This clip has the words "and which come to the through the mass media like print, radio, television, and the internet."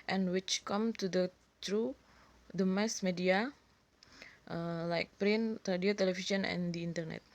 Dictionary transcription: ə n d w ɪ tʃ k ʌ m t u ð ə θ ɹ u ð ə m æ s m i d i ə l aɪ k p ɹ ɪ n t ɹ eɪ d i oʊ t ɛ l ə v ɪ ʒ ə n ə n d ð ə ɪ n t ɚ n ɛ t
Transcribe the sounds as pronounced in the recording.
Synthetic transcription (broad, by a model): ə n w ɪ tʃ k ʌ m t u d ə t ɹ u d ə m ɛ s m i d i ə l aɪ k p ɹ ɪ n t ɹ eɪ d i oʊ t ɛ l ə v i ʃ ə n ə n d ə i n t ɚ n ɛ t